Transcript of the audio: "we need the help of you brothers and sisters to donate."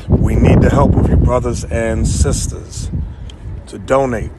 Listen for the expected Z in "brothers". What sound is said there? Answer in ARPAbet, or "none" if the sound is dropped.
Z